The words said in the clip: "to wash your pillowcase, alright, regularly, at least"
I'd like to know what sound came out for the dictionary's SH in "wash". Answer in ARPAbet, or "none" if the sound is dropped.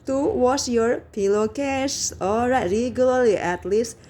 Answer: S